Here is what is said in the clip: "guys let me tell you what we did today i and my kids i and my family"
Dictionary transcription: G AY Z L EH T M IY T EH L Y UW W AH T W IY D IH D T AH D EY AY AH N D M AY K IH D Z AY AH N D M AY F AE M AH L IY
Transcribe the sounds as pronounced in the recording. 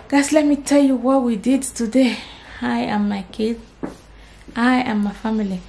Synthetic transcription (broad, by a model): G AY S L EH M IY T EH L Y UW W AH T W IY D IH D T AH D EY AY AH M AY K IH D AY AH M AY F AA M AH L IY